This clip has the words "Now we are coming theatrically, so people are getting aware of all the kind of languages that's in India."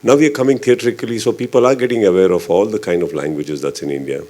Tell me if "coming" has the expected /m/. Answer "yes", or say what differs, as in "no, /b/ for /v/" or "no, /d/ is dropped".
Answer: yes